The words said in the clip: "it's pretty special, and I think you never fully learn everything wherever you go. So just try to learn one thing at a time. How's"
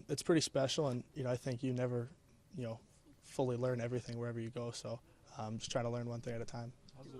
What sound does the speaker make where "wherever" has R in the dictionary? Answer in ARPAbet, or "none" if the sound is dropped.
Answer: R